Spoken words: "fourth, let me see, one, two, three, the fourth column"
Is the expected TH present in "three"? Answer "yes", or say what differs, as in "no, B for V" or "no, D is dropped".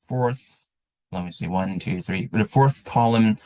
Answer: yes